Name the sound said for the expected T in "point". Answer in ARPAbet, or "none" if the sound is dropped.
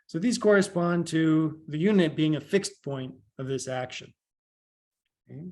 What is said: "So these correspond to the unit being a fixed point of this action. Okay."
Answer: T